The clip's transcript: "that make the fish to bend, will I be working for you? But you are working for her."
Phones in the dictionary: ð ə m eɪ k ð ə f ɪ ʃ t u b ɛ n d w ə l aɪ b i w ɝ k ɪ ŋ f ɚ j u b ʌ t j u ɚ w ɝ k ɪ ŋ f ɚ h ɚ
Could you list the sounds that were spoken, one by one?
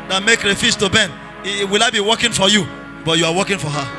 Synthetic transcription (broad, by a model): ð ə m eɪ k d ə f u s t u b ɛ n w ə l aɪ b i w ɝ k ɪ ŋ f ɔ j u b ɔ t j u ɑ w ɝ k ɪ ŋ f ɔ h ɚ